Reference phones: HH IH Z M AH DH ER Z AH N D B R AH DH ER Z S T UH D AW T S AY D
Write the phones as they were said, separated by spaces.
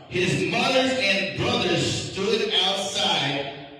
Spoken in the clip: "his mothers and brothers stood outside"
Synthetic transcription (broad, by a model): HH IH Z M AH DH ER AH N B R AH DH ER S T UH D AW T S AY D